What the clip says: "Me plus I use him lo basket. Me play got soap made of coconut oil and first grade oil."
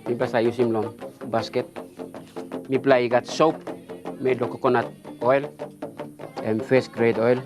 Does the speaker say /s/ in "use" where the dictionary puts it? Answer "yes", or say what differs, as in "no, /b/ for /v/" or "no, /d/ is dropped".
yes